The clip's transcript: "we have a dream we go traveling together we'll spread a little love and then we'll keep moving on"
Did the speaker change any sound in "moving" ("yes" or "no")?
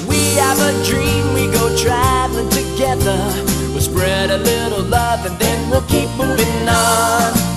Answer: yes